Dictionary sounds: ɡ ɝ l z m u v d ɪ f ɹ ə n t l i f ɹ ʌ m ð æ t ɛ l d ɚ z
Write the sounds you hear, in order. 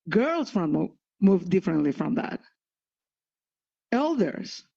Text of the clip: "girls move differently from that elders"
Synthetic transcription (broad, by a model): ɡ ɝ l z m u v d ɪ f ɹ ə n t l i f ɹ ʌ m ð æ t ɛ l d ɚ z